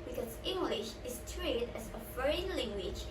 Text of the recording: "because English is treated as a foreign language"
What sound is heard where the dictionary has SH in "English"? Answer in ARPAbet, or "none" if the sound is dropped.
SH